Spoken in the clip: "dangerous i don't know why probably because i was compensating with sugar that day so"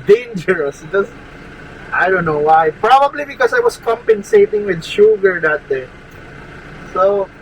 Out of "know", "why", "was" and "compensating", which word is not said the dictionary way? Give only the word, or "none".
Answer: was